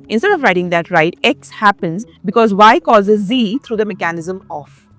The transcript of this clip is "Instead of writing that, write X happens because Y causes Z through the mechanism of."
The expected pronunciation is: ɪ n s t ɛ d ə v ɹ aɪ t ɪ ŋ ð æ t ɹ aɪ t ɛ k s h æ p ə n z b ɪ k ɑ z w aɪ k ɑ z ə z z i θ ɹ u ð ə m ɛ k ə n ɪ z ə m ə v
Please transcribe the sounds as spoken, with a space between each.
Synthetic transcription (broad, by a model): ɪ n s t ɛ d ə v ɹ aɪ t ɪ ŋ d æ t ɹ aɪ t ɛ k s h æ p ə n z b ɪ k ɑ z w aɪ k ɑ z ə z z i t ɹ u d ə m ɛ k ə n ɪ z ə m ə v